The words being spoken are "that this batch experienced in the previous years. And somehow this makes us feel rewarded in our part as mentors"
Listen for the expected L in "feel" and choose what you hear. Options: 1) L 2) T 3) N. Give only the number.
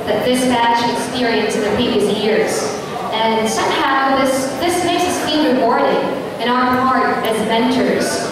3